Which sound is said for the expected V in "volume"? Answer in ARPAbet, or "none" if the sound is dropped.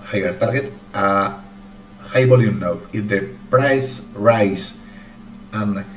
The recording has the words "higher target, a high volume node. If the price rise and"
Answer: B